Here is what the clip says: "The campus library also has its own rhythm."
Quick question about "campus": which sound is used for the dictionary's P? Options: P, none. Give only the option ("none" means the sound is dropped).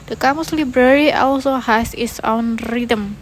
none